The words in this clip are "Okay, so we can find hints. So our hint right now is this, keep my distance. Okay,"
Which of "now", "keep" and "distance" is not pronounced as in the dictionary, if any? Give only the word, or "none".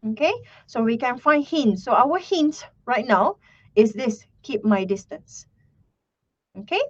none